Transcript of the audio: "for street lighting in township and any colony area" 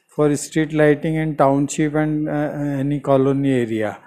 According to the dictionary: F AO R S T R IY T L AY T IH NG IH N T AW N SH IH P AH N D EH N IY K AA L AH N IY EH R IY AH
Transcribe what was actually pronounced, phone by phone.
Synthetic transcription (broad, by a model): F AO R S T R IY T L AY T IH NG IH N T AW N SH IH P AH N D EH N IY K AA L AH N IY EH R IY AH